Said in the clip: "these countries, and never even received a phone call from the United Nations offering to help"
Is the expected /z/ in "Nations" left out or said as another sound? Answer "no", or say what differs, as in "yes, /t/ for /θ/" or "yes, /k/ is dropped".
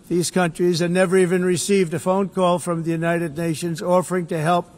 no